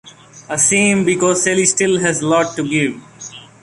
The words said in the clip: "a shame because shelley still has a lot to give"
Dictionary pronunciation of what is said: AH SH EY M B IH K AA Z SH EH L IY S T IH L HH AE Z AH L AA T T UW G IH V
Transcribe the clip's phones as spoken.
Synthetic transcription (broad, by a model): AH S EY M B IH K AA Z S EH L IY S T IH L HH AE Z L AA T T UW G IH V